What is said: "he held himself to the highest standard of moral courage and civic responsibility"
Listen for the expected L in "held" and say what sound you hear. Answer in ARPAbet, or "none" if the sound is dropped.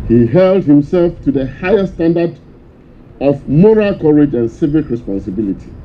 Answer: L